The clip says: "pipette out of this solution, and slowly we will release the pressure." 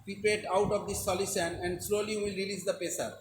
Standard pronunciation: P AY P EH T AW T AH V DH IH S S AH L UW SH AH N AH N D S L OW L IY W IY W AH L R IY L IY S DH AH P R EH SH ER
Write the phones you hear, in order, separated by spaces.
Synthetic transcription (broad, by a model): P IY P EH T AW T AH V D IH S S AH L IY S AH N AH N D S L OW L IY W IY L R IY L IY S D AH P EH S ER